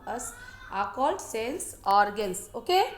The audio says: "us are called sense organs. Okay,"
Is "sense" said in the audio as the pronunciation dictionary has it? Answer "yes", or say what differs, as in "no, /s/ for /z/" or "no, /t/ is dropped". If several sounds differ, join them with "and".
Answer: no, /l/ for /n/